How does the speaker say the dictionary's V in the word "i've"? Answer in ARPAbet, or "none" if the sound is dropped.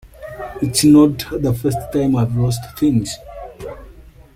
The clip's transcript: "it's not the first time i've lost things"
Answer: V